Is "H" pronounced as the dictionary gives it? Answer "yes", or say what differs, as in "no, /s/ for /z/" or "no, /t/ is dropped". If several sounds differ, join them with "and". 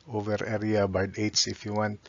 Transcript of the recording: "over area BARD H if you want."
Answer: no, /s/ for /tʃ/